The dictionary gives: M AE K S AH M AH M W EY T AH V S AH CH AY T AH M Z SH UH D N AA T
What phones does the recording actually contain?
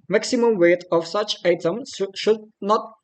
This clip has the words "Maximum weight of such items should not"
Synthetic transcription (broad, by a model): M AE K S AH M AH M W EY T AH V S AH CH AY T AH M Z SH UH D N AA T